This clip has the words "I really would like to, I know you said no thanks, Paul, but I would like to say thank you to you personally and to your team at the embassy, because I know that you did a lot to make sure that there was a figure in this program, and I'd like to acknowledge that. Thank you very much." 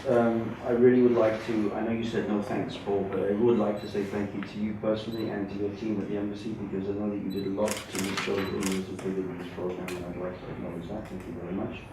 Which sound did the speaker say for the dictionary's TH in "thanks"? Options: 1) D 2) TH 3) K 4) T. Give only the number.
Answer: 2